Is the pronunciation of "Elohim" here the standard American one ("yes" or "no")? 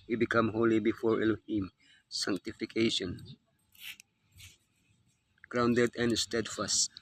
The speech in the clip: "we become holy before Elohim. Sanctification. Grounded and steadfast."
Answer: yes